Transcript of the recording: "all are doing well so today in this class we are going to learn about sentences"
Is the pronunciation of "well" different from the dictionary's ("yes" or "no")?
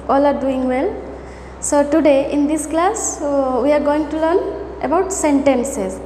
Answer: no